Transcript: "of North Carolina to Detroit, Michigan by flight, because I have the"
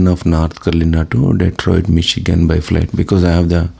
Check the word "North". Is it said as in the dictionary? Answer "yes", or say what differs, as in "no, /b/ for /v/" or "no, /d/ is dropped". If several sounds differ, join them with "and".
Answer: no, /t/ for /θ/